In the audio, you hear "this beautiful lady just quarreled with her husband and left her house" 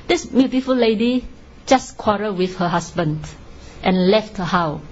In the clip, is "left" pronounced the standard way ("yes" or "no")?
yes